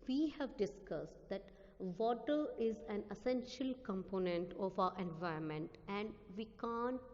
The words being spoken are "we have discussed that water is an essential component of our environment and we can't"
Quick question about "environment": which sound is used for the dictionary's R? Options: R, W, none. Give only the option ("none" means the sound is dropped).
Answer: none